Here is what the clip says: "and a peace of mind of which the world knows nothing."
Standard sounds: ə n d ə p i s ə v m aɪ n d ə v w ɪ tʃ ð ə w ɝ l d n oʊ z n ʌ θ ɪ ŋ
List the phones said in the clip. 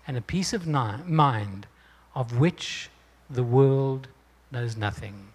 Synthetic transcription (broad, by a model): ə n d ə p i s ə v m aɪ n d ə v w ɪ tʃ ð ə w ɝ l d n oʊ z n ʌ θ ɪ ŋ